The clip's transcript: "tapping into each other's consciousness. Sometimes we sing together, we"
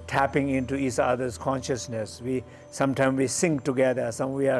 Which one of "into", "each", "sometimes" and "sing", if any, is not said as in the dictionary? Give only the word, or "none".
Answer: sometimes